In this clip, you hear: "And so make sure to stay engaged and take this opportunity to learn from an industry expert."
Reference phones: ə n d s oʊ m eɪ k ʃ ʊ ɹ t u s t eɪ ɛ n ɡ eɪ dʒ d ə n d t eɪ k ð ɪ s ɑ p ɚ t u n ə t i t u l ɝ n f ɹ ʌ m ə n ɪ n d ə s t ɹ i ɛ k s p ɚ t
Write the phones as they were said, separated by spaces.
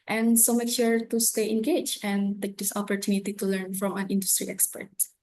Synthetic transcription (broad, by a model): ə n s oʊ m eɪ k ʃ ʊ ɹ t u s t eɪ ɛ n ɡ eɪ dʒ ə n t eɪ k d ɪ s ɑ p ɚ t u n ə t i t u l ɝ n f ɹ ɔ m ə n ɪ n d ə s t ɹ i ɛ k s p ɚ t